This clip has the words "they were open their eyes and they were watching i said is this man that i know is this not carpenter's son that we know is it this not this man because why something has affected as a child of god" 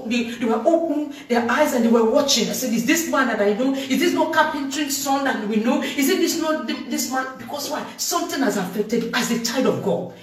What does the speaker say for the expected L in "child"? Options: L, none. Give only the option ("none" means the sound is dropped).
none